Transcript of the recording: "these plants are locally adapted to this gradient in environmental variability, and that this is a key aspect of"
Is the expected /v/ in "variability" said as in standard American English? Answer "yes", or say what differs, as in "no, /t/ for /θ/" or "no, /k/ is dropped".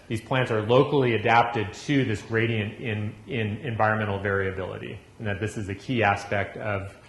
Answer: yes